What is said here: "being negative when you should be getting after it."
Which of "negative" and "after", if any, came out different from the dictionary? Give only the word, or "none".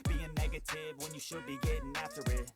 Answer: none